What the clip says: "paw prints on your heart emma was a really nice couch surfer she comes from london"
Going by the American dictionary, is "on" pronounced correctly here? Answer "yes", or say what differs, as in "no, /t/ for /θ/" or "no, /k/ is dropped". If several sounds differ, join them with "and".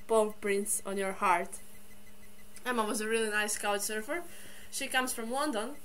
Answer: yes